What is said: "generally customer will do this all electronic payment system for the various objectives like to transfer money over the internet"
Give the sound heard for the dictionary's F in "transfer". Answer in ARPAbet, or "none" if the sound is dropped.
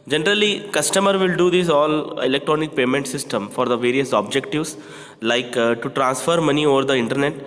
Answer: F